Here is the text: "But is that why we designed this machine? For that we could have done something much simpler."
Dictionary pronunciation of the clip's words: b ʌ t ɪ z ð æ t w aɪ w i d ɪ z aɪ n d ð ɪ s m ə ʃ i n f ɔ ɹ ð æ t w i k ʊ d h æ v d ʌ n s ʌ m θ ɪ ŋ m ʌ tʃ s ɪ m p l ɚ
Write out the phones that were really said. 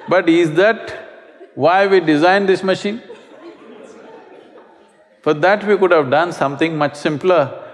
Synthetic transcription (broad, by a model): b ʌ t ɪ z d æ t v aɪ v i d ɪ z aɪ n d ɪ s m ə ʃ i n f ɔ ɹ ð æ t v i k ʊ d h æ v d ʌ n s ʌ m t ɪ ŋ m ʌ tʃ s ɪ m p l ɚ